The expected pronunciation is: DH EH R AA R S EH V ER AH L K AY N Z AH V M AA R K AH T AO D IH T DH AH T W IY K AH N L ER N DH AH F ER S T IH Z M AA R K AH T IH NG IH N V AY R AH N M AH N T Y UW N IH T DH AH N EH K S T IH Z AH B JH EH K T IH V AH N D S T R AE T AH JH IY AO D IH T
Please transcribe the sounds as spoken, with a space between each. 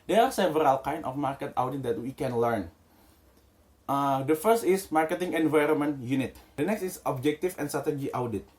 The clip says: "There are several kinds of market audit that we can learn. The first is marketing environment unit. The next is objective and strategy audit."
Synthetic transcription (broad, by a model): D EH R AA R S EH V ER AH L K AY N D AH F M AA R K AH T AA D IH T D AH T W IY K AH N L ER N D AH F ER S T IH S M AA R K AH T IH NG IH N V AY R AH N M AH N T Y UW N IH T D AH N EH K S T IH S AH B JH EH K T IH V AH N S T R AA T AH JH IY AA D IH T